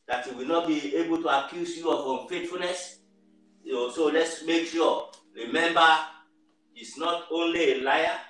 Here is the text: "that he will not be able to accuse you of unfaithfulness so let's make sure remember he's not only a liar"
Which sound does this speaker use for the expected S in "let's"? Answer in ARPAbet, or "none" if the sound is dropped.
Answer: S